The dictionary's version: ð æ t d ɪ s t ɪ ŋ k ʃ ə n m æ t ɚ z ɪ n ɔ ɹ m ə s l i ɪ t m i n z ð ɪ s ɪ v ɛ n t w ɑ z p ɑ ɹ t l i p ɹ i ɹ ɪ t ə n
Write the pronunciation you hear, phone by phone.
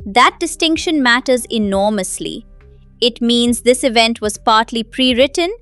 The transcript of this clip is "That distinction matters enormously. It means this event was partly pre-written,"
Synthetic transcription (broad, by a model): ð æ t d ɪ s t ɪ ŋ k ʃ ə n m æ t ɚ z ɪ n ɔ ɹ m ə s l i ɪ t m i n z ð ɪ s ɪ v ɛ n t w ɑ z p ɑ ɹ t l i p ɹ i ɹ ɪ t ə n